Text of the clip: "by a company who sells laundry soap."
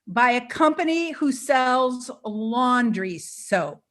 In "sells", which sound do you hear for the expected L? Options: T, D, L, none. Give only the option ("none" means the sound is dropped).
L